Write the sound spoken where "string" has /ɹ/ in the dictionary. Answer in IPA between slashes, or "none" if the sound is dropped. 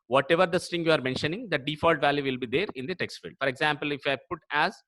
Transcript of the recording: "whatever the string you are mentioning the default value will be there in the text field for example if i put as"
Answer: none